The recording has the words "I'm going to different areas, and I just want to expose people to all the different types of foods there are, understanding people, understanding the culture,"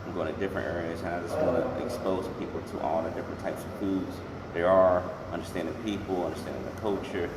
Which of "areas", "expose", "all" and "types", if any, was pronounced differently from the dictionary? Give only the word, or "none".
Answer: none